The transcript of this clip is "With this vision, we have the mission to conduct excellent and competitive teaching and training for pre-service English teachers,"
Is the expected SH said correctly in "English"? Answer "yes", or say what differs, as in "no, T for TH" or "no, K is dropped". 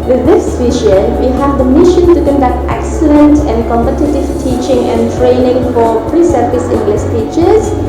no, S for SH